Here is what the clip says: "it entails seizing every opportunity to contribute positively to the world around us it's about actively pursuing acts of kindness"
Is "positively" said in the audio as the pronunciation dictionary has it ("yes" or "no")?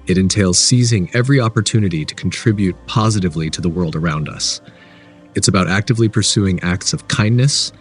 yes